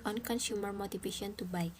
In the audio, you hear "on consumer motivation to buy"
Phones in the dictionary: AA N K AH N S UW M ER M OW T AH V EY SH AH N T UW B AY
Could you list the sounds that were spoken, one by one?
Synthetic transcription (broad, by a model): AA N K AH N SH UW M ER M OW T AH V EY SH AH N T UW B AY